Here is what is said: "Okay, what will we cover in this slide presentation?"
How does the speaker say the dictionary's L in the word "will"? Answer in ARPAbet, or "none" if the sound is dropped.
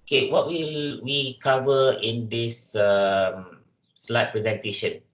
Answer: L